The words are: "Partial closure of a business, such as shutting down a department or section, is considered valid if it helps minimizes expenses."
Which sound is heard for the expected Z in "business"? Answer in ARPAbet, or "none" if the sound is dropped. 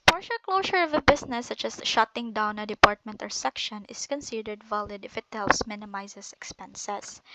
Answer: S